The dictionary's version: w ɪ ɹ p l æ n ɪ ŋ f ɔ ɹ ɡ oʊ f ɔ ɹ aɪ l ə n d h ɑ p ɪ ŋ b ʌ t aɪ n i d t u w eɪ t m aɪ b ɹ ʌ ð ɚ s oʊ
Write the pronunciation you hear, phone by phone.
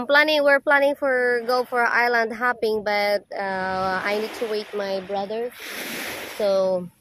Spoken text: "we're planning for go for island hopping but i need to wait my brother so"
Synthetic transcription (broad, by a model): w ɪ ɹ p l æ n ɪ ŋ f ɔ ɹ ɡ oʊ f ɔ ɹ aɪ l ə n d h ɑ p ɪ ŋ b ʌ t aɪ n i d t u w eɪ t m aɪ b ɹ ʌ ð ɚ s oʊ